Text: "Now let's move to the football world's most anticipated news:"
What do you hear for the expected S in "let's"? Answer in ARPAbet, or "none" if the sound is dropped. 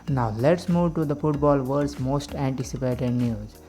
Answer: S